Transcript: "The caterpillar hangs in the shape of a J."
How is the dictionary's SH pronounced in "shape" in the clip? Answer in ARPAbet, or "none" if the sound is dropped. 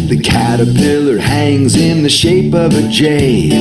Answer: SH